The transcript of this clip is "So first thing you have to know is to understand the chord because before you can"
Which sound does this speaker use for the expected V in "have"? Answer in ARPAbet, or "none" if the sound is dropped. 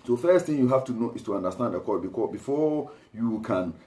F